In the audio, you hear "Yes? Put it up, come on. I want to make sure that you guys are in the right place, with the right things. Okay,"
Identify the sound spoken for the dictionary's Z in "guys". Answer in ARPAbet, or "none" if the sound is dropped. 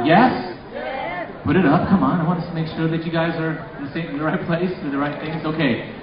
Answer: Z